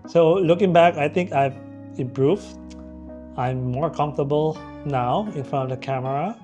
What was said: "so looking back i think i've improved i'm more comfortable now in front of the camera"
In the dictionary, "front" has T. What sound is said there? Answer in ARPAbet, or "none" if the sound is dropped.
none